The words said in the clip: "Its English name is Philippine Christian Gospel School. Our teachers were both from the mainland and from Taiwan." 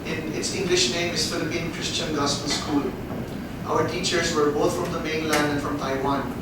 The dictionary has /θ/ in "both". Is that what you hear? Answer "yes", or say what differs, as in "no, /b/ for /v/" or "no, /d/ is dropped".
no, /t/ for /θ/